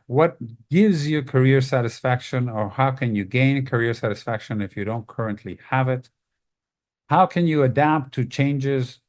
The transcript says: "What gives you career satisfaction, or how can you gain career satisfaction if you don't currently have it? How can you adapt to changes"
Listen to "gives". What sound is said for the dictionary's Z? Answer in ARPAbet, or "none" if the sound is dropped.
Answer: Z